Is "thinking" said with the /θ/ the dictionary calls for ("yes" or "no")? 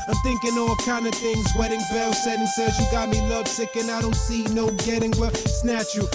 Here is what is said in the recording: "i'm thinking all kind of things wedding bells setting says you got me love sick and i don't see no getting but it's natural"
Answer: yes